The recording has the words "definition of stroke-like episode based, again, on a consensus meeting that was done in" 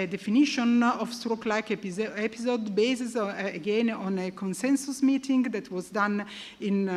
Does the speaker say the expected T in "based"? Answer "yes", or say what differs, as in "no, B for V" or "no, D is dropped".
no, T is dropped